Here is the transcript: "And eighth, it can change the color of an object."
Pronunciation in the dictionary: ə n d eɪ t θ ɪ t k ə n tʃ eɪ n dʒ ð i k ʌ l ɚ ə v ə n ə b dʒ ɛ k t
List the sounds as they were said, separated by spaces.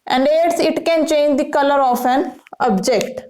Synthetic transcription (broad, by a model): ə n d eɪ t s ɪ t k ə n tʃ eɪ n dʒ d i k ʌ l ɚ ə f ə n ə b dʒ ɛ k t